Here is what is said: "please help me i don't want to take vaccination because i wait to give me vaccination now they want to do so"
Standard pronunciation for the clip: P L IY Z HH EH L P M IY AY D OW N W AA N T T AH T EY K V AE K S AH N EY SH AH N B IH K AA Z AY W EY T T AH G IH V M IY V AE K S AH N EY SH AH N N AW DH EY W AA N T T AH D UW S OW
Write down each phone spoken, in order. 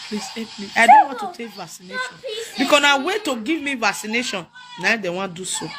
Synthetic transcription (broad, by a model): P L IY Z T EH P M IY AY D OW N W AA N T T AH T EY K V AE K S AH N EY SH AH N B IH K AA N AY W EY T T AH G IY V M IY V AE K S AH N EY SH AH N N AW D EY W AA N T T D UW S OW